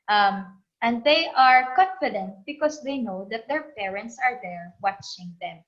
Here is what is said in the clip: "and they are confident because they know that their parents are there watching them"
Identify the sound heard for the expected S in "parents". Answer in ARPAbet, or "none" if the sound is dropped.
S